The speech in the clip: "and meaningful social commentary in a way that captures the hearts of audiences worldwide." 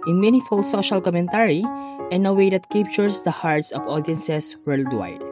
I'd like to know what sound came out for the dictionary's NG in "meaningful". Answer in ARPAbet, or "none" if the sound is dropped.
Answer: none